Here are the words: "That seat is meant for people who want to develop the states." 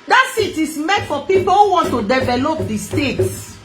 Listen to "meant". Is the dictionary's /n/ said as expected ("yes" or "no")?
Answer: no